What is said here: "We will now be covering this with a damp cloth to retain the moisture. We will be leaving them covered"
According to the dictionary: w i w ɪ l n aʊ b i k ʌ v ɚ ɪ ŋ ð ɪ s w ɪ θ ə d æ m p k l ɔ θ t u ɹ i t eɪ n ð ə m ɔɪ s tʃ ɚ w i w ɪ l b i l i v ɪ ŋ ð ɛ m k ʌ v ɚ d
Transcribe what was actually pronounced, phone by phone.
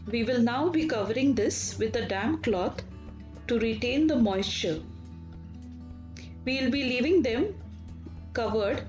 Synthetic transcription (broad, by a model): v i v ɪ l n aʊ b i k ʌ v ɚ ɪ ŋ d ɪ s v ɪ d ə d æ m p k l ɔ t t u ɹ i t eɪ n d ə m ɔɪ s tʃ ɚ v i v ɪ l b i l i v ɪ ŋ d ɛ m k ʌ v ɚ d